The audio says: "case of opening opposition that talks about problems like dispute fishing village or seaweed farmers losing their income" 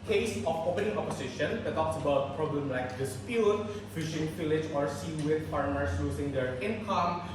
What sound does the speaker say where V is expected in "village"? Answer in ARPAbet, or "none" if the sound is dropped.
F